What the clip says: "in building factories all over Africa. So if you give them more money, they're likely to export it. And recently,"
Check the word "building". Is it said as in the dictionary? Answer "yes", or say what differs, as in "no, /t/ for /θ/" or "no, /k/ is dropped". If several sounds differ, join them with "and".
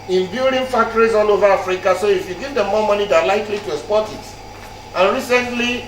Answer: no, /l/ is dropped